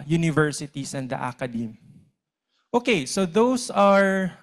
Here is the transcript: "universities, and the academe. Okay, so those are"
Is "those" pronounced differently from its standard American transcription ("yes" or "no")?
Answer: yes